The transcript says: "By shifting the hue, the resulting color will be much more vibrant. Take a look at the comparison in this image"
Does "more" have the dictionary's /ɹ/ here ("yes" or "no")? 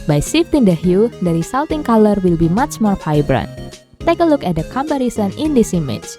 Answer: yes